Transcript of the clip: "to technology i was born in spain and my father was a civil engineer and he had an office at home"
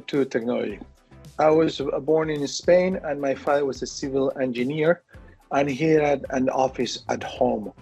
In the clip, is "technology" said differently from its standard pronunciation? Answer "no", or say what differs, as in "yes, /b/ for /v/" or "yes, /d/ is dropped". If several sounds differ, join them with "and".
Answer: yes, /dʒ/ is dropped